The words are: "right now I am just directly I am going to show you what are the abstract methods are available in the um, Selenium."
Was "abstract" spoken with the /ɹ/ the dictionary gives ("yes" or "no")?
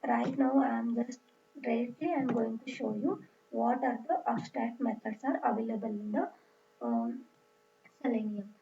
no